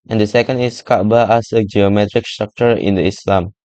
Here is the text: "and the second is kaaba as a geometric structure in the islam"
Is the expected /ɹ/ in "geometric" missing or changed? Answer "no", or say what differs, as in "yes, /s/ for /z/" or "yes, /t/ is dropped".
no